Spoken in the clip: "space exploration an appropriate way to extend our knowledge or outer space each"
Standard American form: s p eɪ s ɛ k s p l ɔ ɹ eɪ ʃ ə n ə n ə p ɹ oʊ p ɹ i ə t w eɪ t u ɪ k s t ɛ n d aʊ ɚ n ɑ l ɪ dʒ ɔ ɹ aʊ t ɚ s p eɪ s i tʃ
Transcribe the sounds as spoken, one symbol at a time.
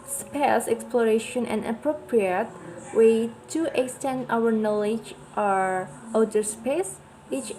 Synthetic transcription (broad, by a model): s p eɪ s ɛ k s p l ɔ ɹ eɪ ʃ ə n ə n ə p ɹ oʊ p ɹ i ə t w eɪ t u ɪ k s t ɛ n d aʊ ɚ n ɑ l ɪ dʒ ɔ ɹ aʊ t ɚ s p eɪ s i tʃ